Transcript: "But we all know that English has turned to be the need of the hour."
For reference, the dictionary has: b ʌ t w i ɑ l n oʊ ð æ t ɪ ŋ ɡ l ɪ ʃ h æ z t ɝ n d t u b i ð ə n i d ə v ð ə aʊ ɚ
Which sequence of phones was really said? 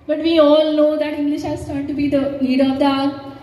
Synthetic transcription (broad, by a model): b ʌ t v i ɑ l n oʊ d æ t ɪ ŋ ɡ l ɪ ʃ h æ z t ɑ d t u b i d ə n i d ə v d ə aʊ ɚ